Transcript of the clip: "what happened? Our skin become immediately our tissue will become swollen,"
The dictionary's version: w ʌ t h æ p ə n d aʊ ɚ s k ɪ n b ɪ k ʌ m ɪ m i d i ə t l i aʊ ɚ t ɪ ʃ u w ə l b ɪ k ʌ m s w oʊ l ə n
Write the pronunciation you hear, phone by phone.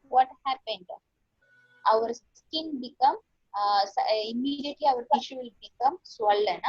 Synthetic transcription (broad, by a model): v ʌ t h æ p ə n d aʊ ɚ s k ɪ n b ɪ k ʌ m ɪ m i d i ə t l i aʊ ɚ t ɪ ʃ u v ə l b ɪ k ʌ m s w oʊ l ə n